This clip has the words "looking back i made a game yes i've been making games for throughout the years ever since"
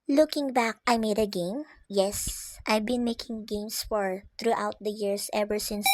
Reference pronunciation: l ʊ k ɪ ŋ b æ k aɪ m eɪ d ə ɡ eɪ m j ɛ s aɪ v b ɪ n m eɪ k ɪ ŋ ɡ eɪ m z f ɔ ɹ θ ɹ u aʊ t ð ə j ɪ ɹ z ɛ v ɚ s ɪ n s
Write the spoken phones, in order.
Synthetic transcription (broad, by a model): l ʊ k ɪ ŋ b æ k aɪ m eɪ d ə ɡ eɪ m j ɛ s aɪ v b ɪ n m eɪ k ɪ ŋ ɡ eɪ m s f ɔ ɹ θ ɹ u aʊ t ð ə j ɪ ɹ s ɛ v ɚ s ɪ n s